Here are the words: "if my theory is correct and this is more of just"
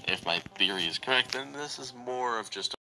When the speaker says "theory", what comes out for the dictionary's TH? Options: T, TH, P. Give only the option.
TH